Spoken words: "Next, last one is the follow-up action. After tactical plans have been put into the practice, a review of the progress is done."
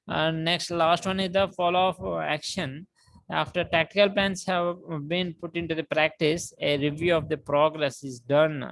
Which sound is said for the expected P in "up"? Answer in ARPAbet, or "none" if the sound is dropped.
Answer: F